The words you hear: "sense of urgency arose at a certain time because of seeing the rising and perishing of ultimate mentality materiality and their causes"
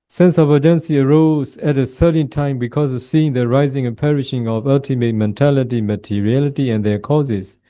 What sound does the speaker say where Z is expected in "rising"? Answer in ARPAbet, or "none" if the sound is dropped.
Z